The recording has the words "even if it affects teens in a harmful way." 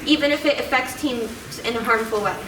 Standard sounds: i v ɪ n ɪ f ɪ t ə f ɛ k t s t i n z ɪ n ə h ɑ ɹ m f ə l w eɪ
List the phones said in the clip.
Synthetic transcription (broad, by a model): i v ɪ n ɪ f ɪ t ə f ɛ k t s t i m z ɪ n ə h ɑ ɹ m f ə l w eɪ